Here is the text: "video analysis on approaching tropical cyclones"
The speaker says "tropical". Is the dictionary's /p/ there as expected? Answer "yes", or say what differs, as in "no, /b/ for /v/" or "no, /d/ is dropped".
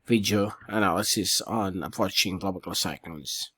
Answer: no, /b/ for /p/